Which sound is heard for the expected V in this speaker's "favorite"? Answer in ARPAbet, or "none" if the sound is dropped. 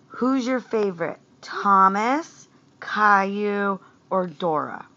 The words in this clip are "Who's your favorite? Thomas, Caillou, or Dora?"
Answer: V